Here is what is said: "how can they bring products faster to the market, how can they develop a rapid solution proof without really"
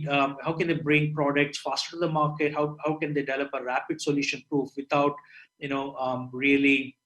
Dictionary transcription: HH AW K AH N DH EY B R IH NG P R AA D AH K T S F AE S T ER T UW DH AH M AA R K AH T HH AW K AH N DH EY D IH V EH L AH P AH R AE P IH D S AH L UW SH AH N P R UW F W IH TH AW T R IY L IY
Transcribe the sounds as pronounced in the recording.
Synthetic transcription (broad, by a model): HH AW K AH N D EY B R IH NG P R AA D AH K T S F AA S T T UW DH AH M AA R K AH T HH AW K AH N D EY D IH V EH L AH P AH R AE P IH D S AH L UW SH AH N P R UW F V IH T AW T R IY L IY